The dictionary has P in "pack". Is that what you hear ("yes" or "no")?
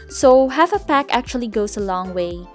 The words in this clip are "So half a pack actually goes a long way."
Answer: yes